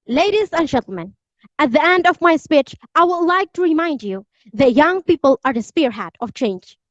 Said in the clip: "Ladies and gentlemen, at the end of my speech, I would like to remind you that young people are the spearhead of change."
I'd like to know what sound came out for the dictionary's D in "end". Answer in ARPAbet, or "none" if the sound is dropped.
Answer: D